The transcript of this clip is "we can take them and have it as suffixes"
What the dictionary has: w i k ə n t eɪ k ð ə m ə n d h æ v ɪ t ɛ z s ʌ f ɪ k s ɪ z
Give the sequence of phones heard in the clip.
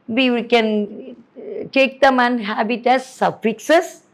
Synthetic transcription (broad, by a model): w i k ə n t eɪ k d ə m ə n h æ b ɪ t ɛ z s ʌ f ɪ k s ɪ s